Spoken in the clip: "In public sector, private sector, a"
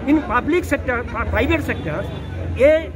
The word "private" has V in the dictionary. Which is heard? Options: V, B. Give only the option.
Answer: B